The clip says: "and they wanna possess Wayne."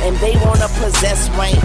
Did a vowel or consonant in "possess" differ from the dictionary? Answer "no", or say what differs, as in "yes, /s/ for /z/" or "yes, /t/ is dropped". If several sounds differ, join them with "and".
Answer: no